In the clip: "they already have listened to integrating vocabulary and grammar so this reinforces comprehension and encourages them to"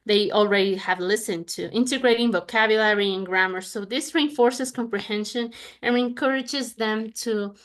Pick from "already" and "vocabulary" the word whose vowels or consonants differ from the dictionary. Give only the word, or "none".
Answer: none